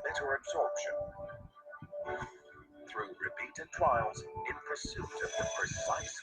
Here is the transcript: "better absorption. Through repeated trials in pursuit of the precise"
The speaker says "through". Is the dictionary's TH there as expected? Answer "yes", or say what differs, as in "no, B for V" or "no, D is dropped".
yes